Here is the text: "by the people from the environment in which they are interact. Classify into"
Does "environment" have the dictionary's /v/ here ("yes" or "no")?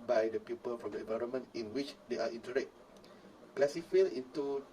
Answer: yes